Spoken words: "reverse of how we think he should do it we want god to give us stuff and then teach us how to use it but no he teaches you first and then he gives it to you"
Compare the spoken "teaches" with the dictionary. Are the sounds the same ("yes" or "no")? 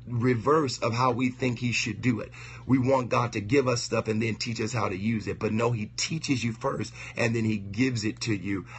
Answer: yes